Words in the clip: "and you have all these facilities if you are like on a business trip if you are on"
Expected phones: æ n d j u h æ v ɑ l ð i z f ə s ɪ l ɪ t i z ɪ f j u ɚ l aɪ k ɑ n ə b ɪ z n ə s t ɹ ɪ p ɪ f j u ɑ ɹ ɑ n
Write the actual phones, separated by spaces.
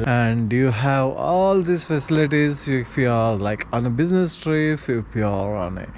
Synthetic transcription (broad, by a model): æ n d j u h æ v ɑ l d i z f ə s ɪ l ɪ t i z ɪ f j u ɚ l aɪ k ɑ n ə b ɪ z n ə s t ɹ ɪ f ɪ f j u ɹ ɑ n